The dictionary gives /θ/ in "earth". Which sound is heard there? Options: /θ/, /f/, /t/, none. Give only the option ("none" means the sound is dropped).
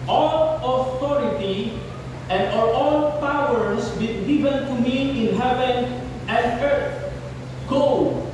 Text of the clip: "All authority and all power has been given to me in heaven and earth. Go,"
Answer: /t/